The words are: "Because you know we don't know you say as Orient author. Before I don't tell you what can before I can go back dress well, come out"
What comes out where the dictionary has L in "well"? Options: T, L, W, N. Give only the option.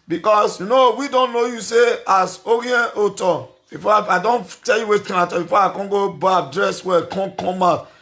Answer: N